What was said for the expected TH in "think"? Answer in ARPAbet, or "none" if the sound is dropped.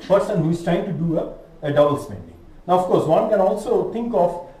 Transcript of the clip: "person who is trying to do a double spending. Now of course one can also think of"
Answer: T